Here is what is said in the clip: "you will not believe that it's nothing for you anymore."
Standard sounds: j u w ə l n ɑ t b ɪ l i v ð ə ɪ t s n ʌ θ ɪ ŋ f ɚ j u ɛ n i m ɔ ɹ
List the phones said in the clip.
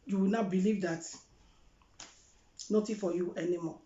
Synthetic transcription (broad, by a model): j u w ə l n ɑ b ɪ l i v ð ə t n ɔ t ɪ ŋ f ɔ j u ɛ n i m ɔ